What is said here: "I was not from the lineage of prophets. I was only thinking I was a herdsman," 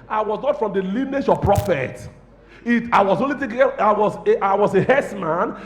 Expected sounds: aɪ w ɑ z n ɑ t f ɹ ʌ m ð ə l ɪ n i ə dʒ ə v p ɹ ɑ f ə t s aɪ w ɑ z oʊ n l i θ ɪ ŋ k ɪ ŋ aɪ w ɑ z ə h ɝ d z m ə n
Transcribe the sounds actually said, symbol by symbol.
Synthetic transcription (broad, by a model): aɪ w ɑ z n ɑ t f ɹ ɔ m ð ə l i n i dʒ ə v p ɹ ɑ f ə t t aɪ w ɑ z oʊ n l i t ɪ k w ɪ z aɪ w ɑ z ə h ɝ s m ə n